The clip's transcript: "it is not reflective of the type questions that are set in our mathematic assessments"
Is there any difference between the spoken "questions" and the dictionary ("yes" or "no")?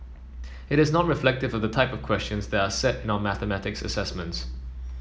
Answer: no